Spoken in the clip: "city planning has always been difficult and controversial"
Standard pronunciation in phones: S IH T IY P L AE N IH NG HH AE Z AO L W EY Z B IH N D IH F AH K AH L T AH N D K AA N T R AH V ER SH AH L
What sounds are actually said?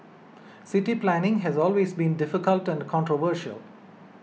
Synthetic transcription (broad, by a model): S IH T IY P L AE N IH NG HH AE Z AO L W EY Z B IH N D IH F AH K AH L T AH N D K AA N T R AH V ER SH AH L